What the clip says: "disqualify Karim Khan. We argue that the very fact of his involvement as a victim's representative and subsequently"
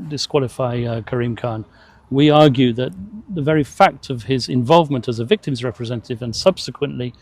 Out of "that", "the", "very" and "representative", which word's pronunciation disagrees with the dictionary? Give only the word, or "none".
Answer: none